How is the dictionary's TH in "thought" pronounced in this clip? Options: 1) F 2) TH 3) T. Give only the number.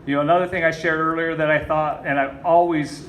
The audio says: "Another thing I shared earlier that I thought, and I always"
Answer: 2